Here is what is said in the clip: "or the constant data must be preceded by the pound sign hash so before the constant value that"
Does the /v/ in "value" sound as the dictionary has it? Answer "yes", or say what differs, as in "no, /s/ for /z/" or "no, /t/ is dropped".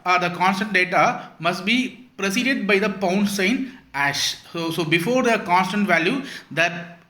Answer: yes